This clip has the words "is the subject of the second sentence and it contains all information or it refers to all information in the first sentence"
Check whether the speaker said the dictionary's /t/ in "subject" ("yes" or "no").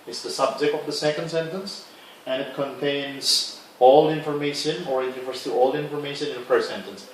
yes